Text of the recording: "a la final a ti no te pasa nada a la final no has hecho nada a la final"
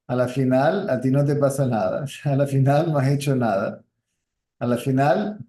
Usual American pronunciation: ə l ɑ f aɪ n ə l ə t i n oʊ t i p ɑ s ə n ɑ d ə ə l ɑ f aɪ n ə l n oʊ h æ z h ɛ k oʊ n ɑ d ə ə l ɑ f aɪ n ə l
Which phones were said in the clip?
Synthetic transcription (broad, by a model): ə l ɑ f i n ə l ə t i n oʊ t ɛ p ɑ s ə n ɑ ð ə ə l ɑ f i n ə l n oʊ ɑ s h ɛ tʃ oʊ n ɑ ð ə ə l ɑ f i n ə l